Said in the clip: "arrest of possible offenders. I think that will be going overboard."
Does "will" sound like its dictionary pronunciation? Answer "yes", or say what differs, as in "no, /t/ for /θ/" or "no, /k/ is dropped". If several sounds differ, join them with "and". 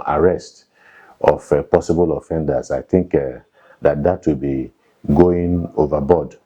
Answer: no, /w/ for /l/